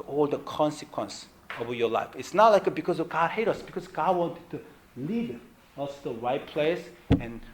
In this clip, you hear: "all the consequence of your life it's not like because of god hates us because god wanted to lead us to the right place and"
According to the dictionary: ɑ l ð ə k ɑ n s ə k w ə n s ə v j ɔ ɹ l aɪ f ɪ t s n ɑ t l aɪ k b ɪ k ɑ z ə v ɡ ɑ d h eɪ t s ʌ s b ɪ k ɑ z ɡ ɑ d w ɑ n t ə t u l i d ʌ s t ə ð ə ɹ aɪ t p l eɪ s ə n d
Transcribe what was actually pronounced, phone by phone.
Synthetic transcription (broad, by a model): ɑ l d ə k ɑ n s ə k w ə n s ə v j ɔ l aɪ f ɪ t s n ɑ t l aɪ k b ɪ k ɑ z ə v ɡ ɑ d h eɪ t ʌ s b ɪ k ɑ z ɡ ɑ d w ɑ n t ə t u l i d ʌ s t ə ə ɹ aɪ t p l eɪ s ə n